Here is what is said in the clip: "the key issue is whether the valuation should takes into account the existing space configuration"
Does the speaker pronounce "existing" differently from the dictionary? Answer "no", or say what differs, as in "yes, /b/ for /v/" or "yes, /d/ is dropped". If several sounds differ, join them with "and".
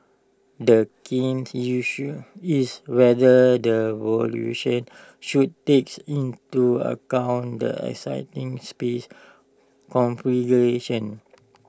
yes, /s/ is dropped